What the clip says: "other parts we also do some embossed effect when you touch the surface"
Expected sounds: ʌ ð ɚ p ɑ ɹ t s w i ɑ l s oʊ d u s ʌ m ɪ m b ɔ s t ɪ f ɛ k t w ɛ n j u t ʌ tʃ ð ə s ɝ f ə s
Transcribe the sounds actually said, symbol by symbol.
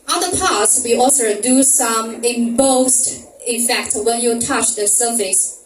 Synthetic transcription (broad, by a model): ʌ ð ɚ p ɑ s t w i ɑ l s oʊ d u s ʌ m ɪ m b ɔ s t ɪ f ɛ k t w ɛ n j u t ʌ tʃ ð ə s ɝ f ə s